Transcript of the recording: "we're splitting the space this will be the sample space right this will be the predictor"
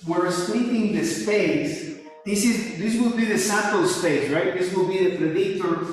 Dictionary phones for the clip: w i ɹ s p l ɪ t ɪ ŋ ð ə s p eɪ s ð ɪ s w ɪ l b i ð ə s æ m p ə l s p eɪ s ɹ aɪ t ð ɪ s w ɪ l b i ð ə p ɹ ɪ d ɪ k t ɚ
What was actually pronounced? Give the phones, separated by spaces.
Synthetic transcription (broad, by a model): w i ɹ s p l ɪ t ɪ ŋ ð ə s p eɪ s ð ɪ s w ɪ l b i ð ə s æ p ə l s p eɪ s ɹ aɪ t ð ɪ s w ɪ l b i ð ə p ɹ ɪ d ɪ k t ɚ